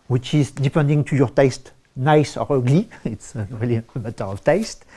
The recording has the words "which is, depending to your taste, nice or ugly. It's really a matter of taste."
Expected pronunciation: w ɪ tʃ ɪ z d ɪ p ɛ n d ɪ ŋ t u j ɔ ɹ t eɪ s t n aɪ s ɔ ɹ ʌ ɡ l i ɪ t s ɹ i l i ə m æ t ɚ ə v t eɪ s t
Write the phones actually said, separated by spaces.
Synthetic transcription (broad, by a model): w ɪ tʃ ɪ z d ɪ p ɛ n d ɪ ŋ t u j ɔ ɹ t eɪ s t n aɪ s ɔ ɹ ʌ ɡ l i ɪ t s ɹ i l i ə m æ t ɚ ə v t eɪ s t